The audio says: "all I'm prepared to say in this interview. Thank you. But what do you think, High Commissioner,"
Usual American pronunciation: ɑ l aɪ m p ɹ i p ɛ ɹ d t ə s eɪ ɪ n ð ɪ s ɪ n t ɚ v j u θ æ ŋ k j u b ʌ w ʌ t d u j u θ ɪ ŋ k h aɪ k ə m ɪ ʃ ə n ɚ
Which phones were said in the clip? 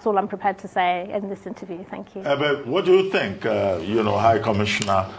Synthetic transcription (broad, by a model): ɑ l aɪ m p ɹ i p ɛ d t ə s eɪ ɪ n ð ɪ s ɪ n t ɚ v j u θ æ ŋ k j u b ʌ w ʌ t d u j u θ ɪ ŋ k h aɪ k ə m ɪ ʃ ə n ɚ